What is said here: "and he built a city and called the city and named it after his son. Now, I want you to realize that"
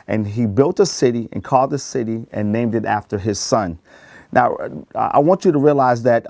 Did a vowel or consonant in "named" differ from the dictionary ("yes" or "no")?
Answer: no